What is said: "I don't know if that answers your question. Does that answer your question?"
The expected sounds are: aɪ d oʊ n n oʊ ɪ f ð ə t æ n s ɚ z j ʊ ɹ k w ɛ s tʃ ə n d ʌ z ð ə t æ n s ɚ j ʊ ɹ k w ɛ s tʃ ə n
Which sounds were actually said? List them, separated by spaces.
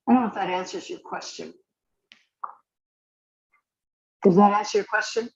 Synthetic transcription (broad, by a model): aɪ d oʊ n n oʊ ɪ f ð ə t æ n s ɚ z j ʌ ɹ k w ɛ s tʃ ə n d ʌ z ð ə t æ n s ɚ j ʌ ɹ k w ɛ s tʃ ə n